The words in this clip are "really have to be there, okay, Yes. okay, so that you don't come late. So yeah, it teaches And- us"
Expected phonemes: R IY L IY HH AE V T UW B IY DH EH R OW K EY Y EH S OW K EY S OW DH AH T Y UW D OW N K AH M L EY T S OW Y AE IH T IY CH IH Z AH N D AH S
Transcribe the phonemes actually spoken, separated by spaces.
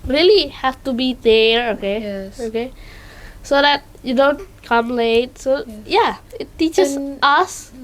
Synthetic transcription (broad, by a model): R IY L IY HH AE F T UW B IY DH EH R OW K EY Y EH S OW K EY S OW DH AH T Y UW D OW N K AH M L EY T S OW Y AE IH T IY CH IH S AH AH S